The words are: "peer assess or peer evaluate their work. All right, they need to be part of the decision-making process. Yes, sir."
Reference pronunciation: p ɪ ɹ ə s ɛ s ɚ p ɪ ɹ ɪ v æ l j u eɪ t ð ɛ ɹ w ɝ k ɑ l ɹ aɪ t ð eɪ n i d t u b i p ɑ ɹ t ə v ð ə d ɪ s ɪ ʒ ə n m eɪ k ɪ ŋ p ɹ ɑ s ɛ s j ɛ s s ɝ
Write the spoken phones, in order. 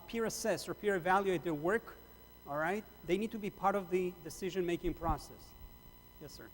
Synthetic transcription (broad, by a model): p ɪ ɹ ə s ɛ s ɚ p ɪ ɹ ɪ v æ l j u eɪ t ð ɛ ɹ w ɝ k ɑ l ɹ aɪ t ð eɪ n i d t u b i p ɑ ɹ t ə v ð ə d ɪ s ɪ ʒ ə n m eɪ k ɪ ŋ p ɹ ɑ s ɛ s j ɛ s s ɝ